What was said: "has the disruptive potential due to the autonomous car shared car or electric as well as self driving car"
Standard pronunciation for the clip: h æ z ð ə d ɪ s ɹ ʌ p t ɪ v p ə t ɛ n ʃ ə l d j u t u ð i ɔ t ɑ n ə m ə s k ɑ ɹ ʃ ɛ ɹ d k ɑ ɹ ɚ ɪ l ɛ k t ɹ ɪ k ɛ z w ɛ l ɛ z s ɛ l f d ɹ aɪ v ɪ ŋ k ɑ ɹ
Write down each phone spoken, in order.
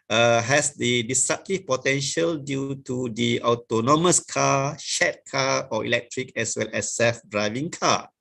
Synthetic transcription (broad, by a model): h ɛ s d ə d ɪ s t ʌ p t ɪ p ə t ɛ n ʃ ə l d j u t u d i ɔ t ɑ n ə m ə s k ɑ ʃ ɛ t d k ɑ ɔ ɪ l ɛ k t ɹ ɪ k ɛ s w ɛ l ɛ s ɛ f d ɹ aɪ v ɪ ŋ k ɑ